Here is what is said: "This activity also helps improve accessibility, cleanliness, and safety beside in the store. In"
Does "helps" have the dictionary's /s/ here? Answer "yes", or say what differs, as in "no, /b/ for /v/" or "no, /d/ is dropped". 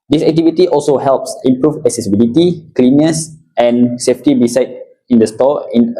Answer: yes